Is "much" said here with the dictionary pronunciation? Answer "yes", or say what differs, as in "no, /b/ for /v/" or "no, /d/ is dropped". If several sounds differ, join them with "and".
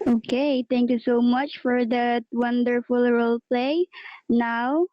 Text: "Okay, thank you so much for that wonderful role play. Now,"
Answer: yes